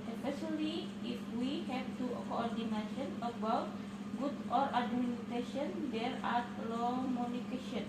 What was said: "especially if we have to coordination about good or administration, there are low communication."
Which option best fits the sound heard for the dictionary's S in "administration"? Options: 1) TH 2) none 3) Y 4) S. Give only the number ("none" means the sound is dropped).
2